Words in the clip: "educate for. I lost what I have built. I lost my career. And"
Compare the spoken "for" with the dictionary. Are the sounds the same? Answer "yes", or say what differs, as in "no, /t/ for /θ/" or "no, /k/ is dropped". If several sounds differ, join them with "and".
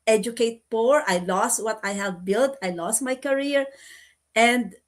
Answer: no, /p/ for /f/